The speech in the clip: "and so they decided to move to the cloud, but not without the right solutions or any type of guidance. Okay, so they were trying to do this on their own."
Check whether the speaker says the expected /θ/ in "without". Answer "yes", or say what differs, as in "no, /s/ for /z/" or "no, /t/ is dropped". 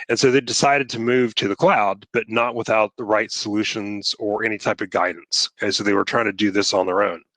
yes